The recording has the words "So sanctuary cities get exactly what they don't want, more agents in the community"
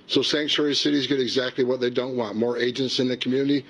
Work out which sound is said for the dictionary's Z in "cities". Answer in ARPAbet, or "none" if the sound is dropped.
Z